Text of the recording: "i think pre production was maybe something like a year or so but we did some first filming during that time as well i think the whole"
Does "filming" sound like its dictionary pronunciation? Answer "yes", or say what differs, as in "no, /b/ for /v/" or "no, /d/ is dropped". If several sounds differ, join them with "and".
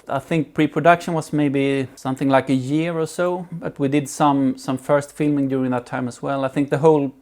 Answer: yes